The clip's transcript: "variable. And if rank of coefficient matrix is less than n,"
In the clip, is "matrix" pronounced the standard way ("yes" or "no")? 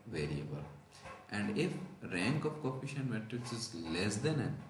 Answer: no